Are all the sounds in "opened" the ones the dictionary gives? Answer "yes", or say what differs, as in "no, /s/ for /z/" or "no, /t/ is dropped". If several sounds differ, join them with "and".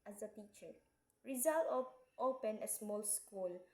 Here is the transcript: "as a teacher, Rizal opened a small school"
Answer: no, /d/ is dropped